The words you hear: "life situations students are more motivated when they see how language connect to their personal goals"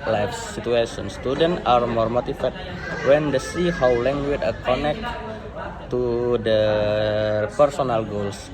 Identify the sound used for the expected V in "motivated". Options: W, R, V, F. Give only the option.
F